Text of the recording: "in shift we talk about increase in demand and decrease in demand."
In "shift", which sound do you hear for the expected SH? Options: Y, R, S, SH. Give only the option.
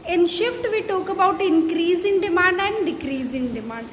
SH